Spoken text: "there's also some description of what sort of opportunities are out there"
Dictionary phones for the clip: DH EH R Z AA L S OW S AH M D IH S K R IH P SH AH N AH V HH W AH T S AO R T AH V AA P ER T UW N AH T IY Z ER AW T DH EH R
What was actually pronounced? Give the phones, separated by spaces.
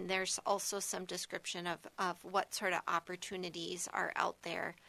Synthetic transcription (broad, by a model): DH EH R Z AA L S OW S AH M D IH S K R IH P SH AH N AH V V W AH T S AO R T AH V AA P ER T UW N AH T IY Z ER AW T DH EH R